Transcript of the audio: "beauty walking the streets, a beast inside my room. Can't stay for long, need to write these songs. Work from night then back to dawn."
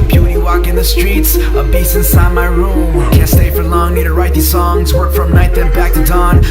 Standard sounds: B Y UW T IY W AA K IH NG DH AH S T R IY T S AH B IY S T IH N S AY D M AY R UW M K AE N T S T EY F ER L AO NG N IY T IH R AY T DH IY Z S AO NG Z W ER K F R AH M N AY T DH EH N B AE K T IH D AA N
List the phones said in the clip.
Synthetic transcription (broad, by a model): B Y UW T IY W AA K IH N DH AH S T R IY T S AH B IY S IH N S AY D M AY R UW M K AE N S T EY F ER L AO NG N IY T IH R AY T DH IY Z S AO NG Z W ER K F R AH M N AY T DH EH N B AE K T IH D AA N